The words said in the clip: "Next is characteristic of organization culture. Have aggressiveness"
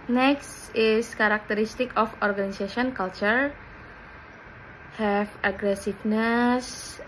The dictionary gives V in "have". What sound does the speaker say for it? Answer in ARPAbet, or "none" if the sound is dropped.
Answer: F